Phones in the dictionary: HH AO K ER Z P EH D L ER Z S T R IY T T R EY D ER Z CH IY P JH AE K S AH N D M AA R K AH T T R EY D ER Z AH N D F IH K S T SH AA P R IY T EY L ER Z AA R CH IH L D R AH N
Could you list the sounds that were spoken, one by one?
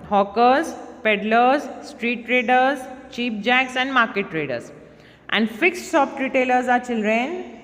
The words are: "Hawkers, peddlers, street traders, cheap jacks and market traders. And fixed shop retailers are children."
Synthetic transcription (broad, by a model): HH AO K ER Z P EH D L ER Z S T R IY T T R EY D ER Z CH IY P JH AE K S AH N D M AA R K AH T T R EY D ER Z AH N D F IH K S T S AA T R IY T EY L ER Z AA R CH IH L D R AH N